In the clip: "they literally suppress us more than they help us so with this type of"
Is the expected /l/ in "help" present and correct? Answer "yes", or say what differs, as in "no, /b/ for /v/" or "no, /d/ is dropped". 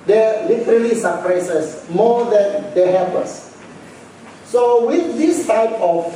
no, /l/ is dropped